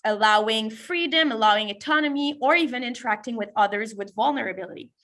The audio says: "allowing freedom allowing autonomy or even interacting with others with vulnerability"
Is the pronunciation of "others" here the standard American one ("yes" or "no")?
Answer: yes